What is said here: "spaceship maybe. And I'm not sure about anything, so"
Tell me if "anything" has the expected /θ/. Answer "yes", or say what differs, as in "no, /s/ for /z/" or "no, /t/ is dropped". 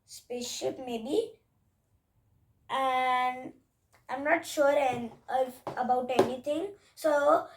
no, /t/ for /θ/